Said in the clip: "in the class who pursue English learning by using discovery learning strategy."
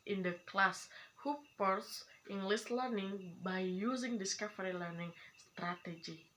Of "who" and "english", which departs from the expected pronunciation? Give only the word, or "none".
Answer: english